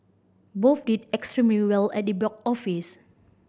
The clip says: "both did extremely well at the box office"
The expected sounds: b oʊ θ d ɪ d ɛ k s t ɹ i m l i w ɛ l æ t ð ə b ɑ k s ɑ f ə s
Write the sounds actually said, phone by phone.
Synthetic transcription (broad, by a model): b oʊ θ d ɪ d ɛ k s t ɹ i m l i w ɛ l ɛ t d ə b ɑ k ɑ f ə s